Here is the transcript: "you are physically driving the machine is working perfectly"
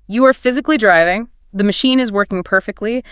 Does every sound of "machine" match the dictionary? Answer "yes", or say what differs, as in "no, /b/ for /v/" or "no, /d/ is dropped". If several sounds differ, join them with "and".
yes